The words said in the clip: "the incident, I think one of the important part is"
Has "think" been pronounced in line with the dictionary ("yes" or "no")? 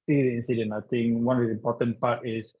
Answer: no